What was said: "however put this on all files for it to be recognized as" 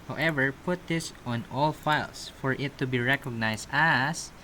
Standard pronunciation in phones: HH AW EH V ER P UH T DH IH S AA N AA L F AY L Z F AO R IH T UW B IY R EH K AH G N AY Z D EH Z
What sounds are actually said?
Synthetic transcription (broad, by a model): HH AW EH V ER P UH T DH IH S AA N AA L F AY L S F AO R IH T UW B IY R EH K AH G N AY S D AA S